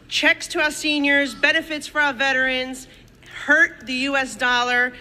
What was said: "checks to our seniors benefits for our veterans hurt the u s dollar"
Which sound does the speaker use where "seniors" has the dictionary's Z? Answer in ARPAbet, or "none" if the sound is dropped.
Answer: Z